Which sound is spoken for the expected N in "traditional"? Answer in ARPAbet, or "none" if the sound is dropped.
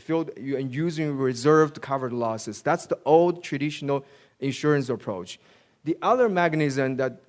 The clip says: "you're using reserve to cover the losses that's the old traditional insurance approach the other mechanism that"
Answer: N